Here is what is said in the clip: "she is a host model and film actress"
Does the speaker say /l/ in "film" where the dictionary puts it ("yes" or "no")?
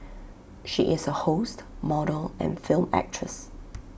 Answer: yes